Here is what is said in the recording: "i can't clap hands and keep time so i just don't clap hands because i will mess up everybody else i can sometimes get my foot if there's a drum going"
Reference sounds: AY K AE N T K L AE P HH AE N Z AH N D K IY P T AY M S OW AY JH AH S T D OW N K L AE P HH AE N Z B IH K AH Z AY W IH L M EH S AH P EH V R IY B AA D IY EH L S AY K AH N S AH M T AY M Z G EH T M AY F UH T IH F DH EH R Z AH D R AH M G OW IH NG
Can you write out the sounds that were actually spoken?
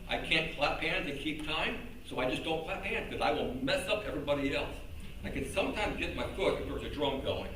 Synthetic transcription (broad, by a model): AY K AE N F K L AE P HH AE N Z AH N K IY P T AY M S OW AY JH AH S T D OW N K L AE P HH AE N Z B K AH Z AY W IH L M EH S AH P EH V R IY B AA D IY EH L S AY K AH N S AH M T AY M Z G EH T M AY F UH T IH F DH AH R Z AH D R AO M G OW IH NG